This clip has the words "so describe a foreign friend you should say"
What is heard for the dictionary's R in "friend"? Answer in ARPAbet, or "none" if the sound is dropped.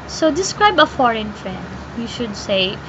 R